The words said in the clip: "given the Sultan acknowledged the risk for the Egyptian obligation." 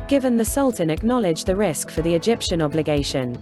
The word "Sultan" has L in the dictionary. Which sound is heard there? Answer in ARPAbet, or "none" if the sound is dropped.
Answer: L